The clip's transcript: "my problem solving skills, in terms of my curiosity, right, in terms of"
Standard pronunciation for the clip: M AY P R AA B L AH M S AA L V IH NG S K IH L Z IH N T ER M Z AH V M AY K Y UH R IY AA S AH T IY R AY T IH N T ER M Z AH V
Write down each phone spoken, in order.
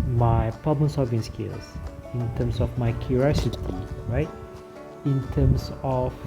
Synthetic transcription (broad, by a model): M AY P R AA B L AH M S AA V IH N S K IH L S IH N T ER M S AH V M AY K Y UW R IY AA S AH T IY R AY T IH N T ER M S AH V